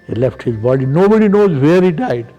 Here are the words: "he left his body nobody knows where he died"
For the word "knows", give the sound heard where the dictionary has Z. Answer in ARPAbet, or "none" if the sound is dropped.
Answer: Z